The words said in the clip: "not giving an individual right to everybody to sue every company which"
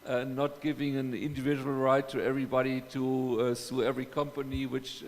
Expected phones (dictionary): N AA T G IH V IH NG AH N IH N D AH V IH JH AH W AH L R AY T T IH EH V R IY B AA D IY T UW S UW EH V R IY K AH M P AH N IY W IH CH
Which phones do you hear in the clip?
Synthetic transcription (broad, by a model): N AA T G IH V IH NG AH N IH N D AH V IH JH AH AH L R AY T T IH EH V R IY B AA D IY T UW S UW EH V R IY K AH M P AH N IY W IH CH